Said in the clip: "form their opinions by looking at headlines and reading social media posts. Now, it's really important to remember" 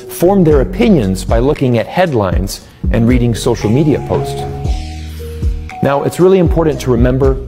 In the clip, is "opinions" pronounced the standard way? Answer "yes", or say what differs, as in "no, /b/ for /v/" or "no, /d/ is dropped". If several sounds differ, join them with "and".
yes